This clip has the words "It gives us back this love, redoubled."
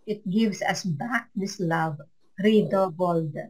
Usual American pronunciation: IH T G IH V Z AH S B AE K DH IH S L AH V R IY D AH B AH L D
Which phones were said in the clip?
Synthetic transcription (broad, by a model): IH T G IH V S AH S B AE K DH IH S L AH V R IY D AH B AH L D